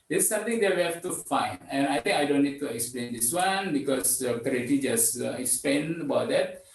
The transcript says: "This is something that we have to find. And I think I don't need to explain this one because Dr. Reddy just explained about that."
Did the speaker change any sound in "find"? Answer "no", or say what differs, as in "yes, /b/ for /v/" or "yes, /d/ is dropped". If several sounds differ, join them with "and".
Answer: yes, /d/ is dropped